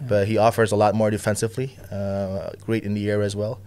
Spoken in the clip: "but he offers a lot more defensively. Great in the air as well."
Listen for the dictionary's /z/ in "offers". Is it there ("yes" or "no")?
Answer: yes